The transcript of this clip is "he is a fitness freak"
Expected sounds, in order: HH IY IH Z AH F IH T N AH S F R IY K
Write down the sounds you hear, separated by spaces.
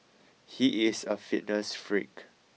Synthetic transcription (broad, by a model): HH IY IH S AH F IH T N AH S F R IY K